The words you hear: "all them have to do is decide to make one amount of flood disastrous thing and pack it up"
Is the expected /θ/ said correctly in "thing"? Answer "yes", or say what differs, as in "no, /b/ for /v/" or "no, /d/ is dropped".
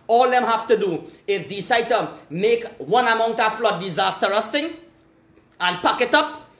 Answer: no, /t/ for /θ/